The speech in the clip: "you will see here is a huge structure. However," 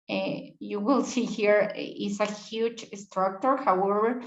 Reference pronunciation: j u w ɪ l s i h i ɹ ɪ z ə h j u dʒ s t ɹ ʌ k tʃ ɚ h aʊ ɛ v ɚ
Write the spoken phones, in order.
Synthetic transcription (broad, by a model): j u w ɪ l s i h i ɹ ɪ s ə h j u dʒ s t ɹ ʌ k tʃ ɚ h aʊ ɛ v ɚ